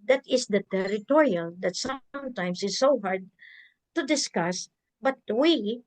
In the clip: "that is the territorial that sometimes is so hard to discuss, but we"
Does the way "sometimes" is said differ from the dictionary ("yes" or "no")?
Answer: yes